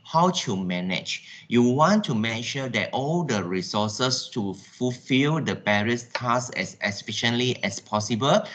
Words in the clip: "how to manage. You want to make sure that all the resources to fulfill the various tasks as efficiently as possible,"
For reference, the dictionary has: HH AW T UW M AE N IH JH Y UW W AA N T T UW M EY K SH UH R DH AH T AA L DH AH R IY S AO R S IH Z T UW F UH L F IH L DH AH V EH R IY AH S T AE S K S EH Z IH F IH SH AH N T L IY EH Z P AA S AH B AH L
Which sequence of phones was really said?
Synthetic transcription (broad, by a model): HH AW T UW M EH N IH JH Y UW W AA N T T UW M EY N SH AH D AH T AA L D AH R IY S AO S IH S T UW F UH L F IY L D AH B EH R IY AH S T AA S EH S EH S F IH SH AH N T L IY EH S P AA S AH B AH L